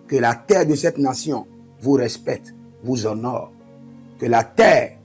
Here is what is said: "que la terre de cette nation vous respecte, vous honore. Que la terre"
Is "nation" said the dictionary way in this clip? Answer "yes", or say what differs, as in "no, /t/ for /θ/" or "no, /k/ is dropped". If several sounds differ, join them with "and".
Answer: no, /s/ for /ʃ/